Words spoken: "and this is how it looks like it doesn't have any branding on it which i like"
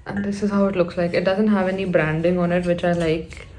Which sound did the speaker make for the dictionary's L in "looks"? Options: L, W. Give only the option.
L